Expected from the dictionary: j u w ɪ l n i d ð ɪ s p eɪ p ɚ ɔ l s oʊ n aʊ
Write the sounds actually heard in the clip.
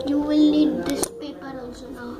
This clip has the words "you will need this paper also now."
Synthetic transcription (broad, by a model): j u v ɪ l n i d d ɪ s p eɪ p ɚ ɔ s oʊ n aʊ